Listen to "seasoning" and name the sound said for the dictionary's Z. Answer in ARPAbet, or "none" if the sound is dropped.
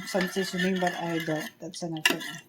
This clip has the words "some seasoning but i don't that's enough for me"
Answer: S